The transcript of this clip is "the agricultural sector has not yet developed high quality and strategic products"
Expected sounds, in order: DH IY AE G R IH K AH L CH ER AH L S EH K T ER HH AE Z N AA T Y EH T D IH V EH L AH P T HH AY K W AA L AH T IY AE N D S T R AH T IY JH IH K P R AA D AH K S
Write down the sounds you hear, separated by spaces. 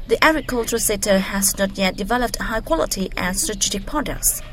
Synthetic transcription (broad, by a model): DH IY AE G R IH K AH L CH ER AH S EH T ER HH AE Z N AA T Y EH T D IH V EH L AH P T HH AY K W AA L AH T IY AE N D S T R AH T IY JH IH K P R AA D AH K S